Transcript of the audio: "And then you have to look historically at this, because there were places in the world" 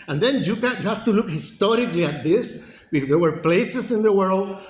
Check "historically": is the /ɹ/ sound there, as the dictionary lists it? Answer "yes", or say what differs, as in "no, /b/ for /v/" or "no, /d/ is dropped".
yes